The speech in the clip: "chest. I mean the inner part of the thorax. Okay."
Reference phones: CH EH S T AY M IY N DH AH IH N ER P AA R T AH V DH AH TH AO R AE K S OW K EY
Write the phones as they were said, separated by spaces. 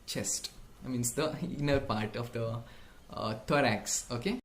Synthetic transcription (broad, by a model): CH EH S T M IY N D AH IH N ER P AA R T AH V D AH T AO R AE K S OW K EY